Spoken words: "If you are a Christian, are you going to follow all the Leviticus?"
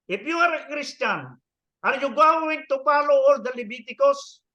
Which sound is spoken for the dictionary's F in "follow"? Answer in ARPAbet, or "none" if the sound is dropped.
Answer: P